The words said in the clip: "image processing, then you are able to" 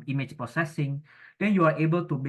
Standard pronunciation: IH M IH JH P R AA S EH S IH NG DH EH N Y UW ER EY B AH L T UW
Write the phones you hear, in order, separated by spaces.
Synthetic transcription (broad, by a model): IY M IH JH P AA S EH S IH NG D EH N Y UW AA EY B AH L T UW